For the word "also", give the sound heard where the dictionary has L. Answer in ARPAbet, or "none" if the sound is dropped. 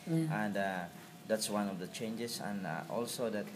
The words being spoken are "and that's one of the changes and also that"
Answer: L